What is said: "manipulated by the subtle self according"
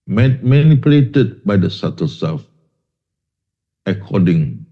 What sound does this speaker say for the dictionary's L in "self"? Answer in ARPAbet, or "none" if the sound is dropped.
none